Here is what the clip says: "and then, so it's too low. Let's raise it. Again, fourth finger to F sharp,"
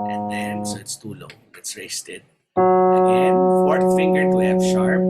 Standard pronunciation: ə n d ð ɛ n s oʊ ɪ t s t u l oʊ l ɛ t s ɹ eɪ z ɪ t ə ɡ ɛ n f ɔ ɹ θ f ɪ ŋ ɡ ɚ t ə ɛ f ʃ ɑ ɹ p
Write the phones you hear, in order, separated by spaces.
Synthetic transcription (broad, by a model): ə n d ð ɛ n s oʊ ɪ t s t u l oʊ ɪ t s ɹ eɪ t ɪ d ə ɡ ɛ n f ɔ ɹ t f ɪ ŋ ɡ ɚ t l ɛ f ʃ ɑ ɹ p